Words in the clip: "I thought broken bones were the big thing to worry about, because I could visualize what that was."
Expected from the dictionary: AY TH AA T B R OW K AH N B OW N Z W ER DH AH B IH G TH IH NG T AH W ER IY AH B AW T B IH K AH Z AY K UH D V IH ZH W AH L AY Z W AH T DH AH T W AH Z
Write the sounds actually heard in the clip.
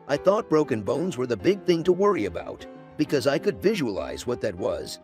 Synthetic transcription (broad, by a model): AY TH AA T B R OW K AH N B OW N Z W ER DH AH B IH G TH IH NG T AH W ER IY AH B AW T B IH K AH Z AY K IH D V IH ZH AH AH L AY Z W AH T DH AH T W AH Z